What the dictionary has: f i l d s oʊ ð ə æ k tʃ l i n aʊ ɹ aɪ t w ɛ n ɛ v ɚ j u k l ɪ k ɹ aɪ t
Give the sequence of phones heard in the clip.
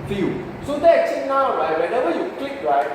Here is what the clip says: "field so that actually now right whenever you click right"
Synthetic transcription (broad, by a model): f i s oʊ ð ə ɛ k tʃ i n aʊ ɹ aɪ t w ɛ n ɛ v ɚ j u k l ɪ k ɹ aɪ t